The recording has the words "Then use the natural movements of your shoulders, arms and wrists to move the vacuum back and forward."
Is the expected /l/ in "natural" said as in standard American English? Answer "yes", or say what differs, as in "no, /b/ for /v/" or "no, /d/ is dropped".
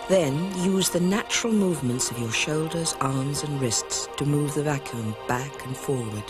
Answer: yes